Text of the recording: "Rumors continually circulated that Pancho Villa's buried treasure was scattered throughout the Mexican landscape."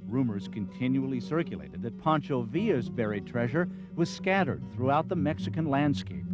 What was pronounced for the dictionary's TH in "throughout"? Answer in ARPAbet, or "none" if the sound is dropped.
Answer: TH